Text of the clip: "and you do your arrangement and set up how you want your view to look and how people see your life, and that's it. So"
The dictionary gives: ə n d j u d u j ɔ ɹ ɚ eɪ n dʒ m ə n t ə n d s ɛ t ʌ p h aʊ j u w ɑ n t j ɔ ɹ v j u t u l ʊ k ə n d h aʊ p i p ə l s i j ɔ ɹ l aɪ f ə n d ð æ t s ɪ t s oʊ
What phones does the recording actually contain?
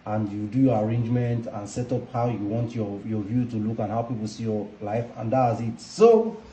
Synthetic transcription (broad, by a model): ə n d j u d u j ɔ ɹ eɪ n dʒ m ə n t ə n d s ɛ t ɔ p h aʊ j u w ɑ n t j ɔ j v j u t u l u k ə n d h aʊ p i p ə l s i j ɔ l aɪ f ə n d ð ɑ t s ɪ t s oʊ